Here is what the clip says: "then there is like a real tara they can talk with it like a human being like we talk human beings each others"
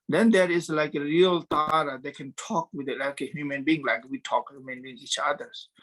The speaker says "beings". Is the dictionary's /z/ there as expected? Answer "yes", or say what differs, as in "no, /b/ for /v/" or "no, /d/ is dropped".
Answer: no, /z/ is dropped